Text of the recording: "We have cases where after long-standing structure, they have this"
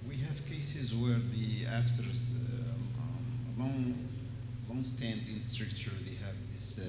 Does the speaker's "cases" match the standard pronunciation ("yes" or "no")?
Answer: yes